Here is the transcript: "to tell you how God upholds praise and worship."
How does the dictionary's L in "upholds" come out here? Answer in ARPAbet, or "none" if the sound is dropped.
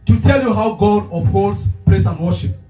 none